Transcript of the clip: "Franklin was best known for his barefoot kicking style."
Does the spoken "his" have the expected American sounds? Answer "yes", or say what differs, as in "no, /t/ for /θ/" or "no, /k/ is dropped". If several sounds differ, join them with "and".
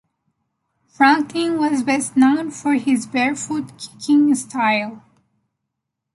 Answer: yes